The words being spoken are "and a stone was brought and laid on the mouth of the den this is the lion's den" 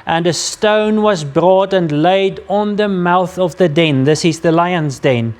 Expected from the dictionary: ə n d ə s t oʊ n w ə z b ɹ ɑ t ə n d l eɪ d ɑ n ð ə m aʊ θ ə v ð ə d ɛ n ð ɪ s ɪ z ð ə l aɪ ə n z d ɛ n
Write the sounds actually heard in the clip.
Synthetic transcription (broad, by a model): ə n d ə s t oʊ n w ə z b ɹ ɑ t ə n l eɪ d n ð ə m aʊ θ ə v ð ə d ɛ n ð ɪ s ɪ z ð ə l aɪ ə n z d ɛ n